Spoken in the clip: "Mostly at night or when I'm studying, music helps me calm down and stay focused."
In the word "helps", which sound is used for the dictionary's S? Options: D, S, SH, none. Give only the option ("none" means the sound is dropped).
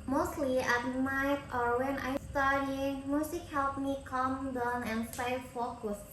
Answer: none